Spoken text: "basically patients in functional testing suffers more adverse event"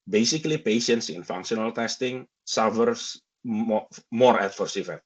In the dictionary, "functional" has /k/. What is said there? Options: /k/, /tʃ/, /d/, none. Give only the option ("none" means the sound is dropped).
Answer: /k/